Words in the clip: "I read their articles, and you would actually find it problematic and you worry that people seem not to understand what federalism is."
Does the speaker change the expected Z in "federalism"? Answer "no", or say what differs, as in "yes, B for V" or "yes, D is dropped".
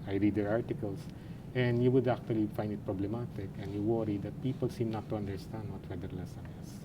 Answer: yes, S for Z